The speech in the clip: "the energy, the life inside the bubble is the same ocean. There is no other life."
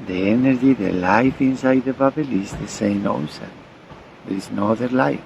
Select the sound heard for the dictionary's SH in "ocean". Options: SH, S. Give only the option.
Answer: S